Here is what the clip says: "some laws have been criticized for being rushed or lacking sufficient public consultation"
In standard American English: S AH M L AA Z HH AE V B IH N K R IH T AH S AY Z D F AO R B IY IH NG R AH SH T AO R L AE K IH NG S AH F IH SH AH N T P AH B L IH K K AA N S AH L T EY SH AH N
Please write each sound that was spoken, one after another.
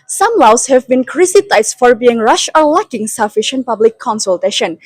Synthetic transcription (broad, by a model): S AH M L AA S HH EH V B IH N K R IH S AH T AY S F AO R B IY IH NG R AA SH AO R L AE K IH NG S AH F IH SH AH N T P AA B L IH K K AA N S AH L T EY SH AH N